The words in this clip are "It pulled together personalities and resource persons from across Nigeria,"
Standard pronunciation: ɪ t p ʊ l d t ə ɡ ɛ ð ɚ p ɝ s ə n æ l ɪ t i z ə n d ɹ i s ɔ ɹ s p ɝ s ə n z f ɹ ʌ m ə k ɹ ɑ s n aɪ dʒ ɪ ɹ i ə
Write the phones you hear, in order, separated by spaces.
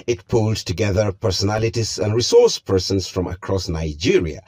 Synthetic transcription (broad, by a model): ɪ t p ʊ l d t ə ɡ ɛ ð ɚ p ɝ s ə n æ l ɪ t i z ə n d ɹ i s ɔ ɹ s p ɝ s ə n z f ɹ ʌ m ə k ɹ ɑ s n aɪ dʒ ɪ ɹ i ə